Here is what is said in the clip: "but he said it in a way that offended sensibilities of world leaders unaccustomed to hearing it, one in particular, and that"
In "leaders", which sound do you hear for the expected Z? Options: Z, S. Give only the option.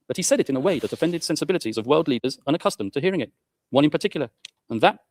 Z